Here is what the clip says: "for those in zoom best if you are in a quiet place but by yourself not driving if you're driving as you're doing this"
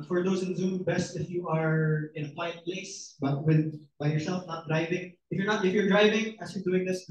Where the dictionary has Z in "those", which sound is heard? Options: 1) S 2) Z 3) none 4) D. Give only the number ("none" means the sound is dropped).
1